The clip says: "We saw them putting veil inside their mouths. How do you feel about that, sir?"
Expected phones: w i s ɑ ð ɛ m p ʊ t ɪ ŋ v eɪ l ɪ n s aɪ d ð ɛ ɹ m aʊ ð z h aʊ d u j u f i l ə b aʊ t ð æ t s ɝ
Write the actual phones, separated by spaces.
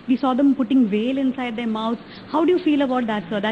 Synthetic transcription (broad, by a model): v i s ɑ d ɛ m p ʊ t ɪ ŋ v eɪ l ɪ n s aɪ d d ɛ ɹ m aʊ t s h aʊ d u j u f i l ə b aʊ t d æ t s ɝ